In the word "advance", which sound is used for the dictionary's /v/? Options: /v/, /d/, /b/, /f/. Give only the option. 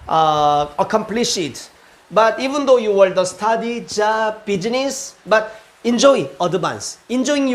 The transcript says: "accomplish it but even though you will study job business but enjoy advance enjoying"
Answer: /b/